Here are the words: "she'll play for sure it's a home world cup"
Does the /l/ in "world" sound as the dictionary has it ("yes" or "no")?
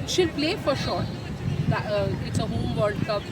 no